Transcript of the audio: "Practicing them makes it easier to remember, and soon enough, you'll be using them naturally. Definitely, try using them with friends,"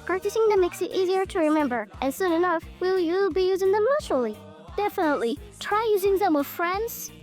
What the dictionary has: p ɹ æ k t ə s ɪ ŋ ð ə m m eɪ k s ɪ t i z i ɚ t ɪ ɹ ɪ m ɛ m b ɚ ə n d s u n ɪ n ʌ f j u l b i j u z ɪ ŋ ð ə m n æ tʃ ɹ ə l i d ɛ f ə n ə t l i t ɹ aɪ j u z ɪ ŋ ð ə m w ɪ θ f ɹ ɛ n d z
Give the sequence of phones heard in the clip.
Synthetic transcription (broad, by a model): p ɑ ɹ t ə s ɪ ŋ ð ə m m eɪ k s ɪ t i z i ɚ t ɪ ɹ ɪ m ɛ m b ɚ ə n s u n ɪ n ʌ f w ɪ l b i j u z ɪ ŋ ð ə m l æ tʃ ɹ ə l i d ɛ f ə n ə t l i t ɹ aɪ j u z ɪ ŋ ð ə m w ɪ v f ɹ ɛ n d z